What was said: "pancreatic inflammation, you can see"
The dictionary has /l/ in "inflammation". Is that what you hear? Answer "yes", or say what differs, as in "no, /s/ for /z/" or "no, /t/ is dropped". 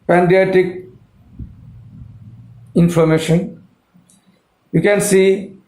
no, /l/ is dropped